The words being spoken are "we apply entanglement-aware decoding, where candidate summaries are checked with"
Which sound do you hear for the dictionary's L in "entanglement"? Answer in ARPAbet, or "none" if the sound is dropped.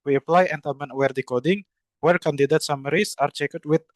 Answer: none